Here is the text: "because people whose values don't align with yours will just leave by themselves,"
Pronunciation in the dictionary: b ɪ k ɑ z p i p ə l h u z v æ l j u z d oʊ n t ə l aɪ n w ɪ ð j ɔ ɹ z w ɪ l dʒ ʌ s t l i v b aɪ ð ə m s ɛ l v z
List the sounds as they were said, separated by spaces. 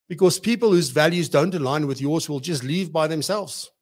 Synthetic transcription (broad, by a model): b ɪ k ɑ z p i p ə l h u z v æ l j u z d oʊ n t ə l aɪ n w ɪ ð j ɔ ɹ z w ɪ l dʒ ʌ s t l i v b aɪ ð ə m s ɛ l v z